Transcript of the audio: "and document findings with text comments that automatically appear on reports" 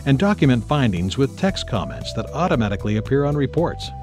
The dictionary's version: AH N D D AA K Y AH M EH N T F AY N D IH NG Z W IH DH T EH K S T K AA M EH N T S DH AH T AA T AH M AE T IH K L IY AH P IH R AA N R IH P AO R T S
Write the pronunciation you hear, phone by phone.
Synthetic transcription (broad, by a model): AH N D D AA K Y AH M EH N T F AY N D IH NG Z W IH DH T EH K S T K AA M EH N T S DH AH T AA T AH M AE T IH K L IY AH P IH R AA N R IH P AO R T S